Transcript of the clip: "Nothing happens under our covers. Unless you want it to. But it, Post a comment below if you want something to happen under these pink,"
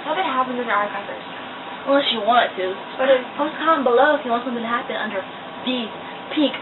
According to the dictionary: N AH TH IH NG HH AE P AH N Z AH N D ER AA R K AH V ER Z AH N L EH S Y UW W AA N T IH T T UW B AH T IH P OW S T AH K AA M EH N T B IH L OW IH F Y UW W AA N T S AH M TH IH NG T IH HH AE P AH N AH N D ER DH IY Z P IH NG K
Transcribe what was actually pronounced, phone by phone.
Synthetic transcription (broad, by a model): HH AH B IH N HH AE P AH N AH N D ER AA R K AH ER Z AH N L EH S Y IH W AA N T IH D T UW B AH T IH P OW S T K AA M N B IH L OW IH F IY W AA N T S AH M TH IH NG T IH HH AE P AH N AH N D ER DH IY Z P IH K